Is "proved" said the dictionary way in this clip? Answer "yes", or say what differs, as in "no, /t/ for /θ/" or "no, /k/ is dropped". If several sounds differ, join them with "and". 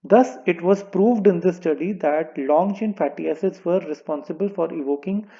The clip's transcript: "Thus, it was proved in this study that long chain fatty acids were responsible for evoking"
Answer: yes